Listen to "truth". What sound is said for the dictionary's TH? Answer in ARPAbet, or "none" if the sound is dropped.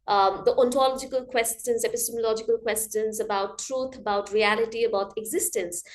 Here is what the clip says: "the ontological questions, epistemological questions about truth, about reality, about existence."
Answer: T